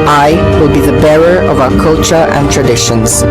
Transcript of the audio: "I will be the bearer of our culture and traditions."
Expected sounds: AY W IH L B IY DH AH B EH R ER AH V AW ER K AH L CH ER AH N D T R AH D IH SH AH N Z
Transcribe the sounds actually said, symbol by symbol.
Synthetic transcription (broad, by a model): AY W IH L B IY DH AH B EH R ER AH V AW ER K AH L CH ER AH N T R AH D IH SH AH N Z